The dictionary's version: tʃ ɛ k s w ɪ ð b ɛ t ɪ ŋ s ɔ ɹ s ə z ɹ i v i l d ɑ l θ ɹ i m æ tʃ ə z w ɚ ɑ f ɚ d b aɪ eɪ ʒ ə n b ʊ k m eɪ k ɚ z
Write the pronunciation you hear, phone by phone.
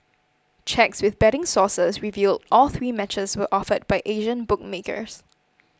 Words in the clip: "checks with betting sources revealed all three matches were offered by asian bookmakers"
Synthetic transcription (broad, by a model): tʃ ɛ k s w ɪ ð b ɛ t ɪ ŋ s ɔ s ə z ɹ i v i l d ɑ l θ ɹ i m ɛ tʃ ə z w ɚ ɑ f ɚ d b aɪ eɪ ʒ ə n b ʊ k m eɪ k ɚ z